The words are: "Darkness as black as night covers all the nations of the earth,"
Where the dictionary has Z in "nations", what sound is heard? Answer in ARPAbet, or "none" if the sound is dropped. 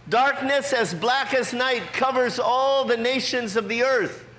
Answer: Z